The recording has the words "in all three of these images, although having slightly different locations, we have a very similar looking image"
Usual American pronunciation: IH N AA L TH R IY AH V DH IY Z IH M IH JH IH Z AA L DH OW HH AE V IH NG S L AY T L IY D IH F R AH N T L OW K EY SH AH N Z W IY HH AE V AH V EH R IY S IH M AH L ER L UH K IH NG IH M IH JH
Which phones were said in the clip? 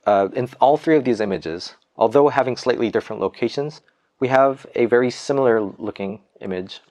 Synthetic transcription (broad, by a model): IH N AA L TH R IY AH V DH IY Z IH M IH JH IH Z AA L DH OW HH AE V IH NG S L AY T L IY D IH F R AH N T L OW K EY SH AH N Z W IY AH V AH V EH R IY S IH M L ER L UH K IH NG IH M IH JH